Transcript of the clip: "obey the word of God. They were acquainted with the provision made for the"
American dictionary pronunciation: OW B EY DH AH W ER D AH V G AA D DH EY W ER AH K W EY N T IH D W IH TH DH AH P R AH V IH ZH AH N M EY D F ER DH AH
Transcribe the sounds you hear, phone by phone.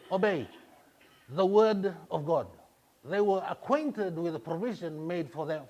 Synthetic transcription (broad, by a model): OW B EY DH AH W ER D AH V G AA D DH EY W ER AH K W EY N T IH D W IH DH AH P R AH V IH ZH AH N M EY D F ER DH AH